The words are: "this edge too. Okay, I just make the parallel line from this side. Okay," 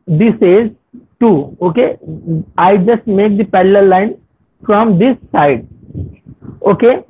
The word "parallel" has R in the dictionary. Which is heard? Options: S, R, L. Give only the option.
L